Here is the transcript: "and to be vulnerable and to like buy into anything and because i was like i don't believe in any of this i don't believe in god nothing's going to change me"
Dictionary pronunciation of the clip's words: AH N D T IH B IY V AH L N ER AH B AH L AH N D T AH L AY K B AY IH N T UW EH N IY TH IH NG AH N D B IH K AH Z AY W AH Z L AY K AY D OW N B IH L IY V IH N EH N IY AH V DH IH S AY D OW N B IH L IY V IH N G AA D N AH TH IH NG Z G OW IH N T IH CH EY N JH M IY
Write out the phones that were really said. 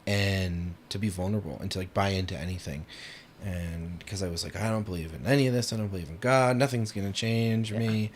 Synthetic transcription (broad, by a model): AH N T IH B IY V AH L N ER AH B L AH N T AH L AY K B AY IH N T UW EH N IY TH IH NG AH N K AH Z AY W AH Z L AY K AY D OW N B IH L IY V IH N EH N IY AH V DH IH S AY D OW N B IH L IY V IH N G AA D N AH TH IH NG Z G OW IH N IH CH EY N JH M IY